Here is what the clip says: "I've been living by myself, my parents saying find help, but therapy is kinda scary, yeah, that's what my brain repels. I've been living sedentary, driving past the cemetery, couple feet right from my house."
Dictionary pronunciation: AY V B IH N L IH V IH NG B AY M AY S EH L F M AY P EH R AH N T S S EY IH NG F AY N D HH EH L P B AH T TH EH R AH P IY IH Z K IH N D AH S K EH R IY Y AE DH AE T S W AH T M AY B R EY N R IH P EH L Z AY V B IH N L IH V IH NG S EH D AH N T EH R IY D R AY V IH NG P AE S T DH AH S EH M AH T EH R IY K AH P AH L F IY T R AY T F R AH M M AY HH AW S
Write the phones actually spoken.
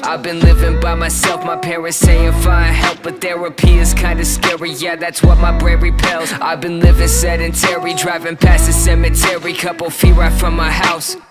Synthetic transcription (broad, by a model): AY V B IH N L IH V IH NG B AY M AY S EH L F M AY P EH R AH N T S S EY IH NG F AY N HH EH L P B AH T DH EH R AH P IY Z K IH N D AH S K EH R IY Y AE DH AE T S W AH T M AY B R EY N R IH P EH L Z AY V B IH N L IH V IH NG S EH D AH N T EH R IY D R AY V IH NG P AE S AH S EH M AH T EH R IY K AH P L F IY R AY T F R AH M M AY HH AW S